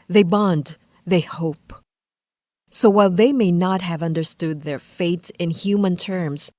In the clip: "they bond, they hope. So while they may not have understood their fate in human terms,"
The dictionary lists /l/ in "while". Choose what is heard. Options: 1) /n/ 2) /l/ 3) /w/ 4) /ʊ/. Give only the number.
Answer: 2